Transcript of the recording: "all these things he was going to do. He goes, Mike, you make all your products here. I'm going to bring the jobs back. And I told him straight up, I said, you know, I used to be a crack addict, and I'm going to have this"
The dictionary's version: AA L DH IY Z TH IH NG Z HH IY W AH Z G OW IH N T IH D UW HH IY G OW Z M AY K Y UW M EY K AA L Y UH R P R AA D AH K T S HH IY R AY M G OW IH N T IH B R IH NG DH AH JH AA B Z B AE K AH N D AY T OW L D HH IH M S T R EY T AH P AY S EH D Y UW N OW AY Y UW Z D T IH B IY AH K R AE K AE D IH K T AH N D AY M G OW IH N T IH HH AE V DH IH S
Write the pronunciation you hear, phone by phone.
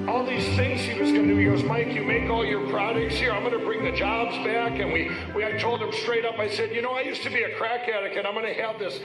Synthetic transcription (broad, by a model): AA L DH IY Z TH IH NG Z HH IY W AH Z G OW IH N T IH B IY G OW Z M AY K Y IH M EY K AA L Y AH R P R AA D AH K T S HH IY R AY M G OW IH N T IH B R IH NG DH AH JH AA B Z B AE K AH N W AY T OW L D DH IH M S T R EY T AH P AY S EH D Y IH N OW AY Y UW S T IH B IY AH K R AE K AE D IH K AH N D AY M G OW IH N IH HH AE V DH IH S